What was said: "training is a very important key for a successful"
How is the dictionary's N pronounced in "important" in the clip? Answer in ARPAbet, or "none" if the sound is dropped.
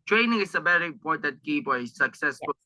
none